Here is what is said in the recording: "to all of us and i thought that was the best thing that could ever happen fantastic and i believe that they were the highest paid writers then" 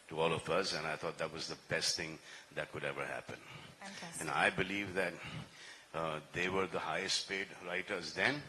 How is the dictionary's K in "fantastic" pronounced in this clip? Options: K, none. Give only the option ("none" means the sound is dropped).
none